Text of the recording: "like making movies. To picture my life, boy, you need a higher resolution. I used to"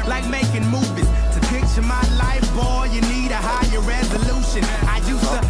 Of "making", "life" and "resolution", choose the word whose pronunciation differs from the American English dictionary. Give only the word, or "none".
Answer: none